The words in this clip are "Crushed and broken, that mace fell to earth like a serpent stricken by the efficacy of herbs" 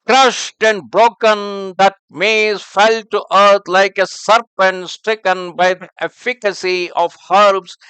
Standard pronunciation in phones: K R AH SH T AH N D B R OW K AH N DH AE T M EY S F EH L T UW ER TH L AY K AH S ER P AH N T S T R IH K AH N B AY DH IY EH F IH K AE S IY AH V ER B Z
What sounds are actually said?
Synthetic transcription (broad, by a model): K R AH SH T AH N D B R OW K AH N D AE T M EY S F EH L T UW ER T L AY K AH S ER P AH N T S T R IH K AH N B AY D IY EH F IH K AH S IY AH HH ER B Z